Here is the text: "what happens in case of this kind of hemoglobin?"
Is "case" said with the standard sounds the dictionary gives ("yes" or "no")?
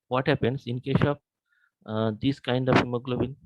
no